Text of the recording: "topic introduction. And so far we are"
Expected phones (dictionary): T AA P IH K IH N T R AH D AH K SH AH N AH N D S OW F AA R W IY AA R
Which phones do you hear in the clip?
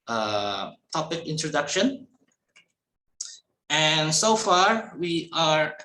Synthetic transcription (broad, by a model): T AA P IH K IH N T R AH D AH K SH AH N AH N S OW F AA R W IY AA R